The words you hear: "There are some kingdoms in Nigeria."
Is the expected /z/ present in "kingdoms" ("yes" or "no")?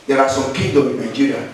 no